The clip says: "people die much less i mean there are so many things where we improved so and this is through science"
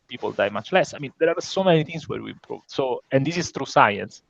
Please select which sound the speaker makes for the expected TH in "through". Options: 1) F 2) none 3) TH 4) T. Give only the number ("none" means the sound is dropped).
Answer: 4